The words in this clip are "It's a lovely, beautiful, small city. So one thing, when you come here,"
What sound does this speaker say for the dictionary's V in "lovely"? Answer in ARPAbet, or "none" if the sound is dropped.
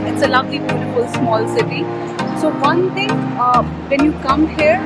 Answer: B